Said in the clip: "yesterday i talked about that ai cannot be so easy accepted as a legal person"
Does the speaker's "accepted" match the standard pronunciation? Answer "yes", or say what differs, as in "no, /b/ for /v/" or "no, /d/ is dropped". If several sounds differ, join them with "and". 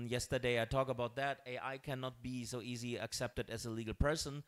yes